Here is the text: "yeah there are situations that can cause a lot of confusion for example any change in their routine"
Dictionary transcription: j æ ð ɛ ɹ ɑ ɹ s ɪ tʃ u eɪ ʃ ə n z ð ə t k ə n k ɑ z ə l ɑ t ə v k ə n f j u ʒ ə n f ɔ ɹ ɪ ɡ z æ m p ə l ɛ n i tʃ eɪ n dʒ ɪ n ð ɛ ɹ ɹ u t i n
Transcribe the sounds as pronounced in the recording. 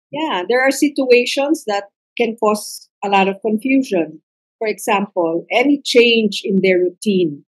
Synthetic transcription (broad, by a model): j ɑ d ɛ ɹ ɑ ɹ s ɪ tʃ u eɪ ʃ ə n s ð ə t k ə n k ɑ s ə l ɑ t ə v k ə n f j u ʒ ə n f ɔ ɹ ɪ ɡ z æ m p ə l ɛ n i tʃ eɪ n dʒ ɪ n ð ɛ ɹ ɹ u t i n